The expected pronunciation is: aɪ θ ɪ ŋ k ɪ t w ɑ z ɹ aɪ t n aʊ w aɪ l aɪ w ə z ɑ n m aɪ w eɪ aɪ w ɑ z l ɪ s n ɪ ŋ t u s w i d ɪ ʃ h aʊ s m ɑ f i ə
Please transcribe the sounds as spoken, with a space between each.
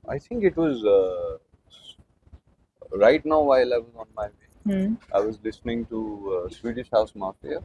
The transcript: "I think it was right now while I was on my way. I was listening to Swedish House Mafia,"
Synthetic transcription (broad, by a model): aɪ t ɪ ŋ k ɪ t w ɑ z ɹ aɪ t n aʊ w aɪ l aɪ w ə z ɑ n m aɪ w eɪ aɪ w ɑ z l ɪ s n ɪ ŋ t u s w i d ɪ ʃ h aʊ s m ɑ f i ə